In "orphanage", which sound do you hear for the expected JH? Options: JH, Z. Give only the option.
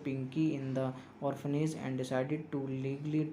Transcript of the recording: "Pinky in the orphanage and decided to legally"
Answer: Z